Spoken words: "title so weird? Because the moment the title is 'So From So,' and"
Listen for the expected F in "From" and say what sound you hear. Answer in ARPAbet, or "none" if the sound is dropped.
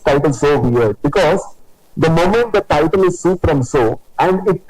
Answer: P